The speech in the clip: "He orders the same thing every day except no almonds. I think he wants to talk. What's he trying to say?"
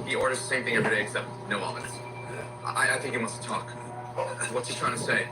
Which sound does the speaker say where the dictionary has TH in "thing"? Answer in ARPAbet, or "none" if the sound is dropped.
TH